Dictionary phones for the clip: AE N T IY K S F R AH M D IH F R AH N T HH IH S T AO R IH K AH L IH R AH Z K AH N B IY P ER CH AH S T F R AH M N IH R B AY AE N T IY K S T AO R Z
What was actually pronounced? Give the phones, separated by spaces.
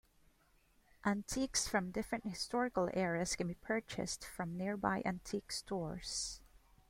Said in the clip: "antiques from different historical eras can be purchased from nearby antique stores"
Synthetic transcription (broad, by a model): AE N T IY K S F R AH M D IH F R AH N T HH IH S T AO R IH K AH L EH R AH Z K AH N B IY P ER CH AH S T F R AH M N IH R B AY AE N T IY K S T AO R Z